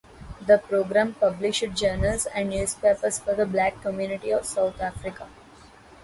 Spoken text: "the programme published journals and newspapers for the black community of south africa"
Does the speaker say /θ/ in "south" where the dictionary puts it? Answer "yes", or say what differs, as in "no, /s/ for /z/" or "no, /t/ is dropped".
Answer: no, /t/ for /θ/